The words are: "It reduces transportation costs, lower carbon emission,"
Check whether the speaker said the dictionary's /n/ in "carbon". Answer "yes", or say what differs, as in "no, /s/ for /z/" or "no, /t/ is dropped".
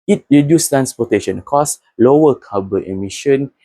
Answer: no, /n/ is dropped